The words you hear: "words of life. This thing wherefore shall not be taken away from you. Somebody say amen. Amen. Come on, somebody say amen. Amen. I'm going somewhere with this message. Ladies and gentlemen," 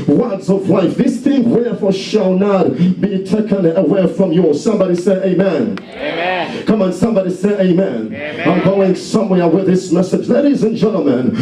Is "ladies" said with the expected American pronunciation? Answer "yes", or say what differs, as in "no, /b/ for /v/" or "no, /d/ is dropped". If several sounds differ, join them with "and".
yes